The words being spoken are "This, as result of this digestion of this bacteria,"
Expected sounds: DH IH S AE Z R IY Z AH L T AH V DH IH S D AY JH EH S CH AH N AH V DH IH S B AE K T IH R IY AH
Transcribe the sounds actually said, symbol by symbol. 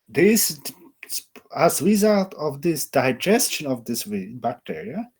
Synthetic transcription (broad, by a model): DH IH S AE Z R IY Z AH L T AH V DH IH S D AY JH EH S CH AH N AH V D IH S B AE K T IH R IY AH